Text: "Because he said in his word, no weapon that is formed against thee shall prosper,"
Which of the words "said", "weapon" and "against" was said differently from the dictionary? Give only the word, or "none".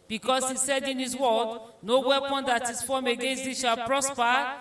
none